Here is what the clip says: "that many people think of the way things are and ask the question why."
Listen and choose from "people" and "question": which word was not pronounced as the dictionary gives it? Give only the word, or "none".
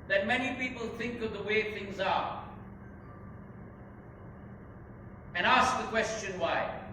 none